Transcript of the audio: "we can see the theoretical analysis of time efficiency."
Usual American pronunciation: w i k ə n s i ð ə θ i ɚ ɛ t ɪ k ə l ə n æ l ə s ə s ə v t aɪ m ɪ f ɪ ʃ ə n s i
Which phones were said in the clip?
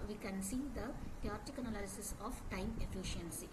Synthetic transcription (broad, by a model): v i k ə n s i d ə t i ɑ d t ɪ k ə n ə l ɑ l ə s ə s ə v t aɪ m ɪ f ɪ ʃ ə n s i